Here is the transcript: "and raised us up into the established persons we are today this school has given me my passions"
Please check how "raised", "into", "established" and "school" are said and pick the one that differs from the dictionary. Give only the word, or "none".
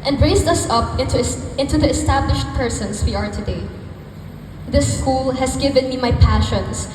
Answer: raised